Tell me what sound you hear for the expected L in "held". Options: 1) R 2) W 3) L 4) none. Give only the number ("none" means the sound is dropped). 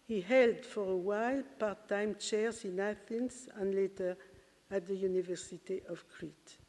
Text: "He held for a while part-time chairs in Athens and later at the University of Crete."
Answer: 3